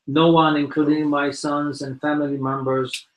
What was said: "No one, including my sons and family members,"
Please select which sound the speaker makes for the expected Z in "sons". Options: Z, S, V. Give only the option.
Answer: Z